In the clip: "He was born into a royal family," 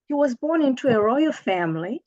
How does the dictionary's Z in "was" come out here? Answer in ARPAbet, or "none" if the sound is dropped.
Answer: Z